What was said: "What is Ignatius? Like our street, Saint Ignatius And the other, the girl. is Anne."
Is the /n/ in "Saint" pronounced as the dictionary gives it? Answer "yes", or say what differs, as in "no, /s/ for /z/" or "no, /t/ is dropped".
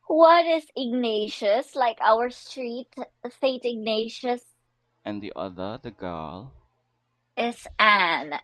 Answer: no, /n/ is dropped